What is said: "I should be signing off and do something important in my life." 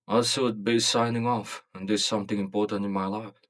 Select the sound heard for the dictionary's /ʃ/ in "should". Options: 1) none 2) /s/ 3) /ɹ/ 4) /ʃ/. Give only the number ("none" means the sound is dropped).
2